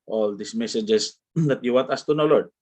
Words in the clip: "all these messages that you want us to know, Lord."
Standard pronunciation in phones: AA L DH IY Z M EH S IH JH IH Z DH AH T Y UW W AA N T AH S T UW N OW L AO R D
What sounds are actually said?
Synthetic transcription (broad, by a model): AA L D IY S M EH S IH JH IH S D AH T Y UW W AA N T AH S T UW N OW L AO R D